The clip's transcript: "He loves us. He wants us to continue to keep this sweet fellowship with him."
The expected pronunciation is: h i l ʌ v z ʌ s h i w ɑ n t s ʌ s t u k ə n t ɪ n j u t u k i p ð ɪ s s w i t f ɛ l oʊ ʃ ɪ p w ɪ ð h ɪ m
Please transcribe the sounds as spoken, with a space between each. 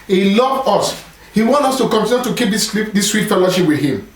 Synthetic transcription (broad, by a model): h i l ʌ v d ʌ s h i w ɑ n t ʌ s t u k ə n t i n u t u k i p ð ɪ s s w i t f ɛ l oʊ ʃ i p w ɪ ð h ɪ m